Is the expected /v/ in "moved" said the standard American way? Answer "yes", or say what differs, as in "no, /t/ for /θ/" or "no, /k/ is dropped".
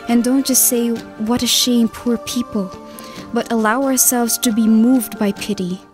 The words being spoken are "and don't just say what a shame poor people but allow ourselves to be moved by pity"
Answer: yes